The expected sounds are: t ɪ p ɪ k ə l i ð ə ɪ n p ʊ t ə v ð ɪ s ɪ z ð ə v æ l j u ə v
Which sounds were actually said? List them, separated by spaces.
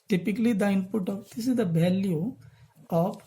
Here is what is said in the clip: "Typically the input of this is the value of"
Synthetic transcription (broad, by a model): t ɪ p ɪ k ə l i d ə ɪ n p ʊ t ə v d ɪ s ɪ z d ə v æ l j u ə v